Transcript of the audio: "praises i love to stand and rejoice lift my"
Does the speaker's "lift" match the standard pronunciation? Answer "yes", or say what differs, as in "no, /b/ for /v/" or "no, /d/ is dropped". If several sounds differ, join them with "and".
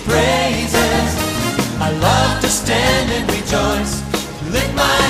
no, /f/ is dropped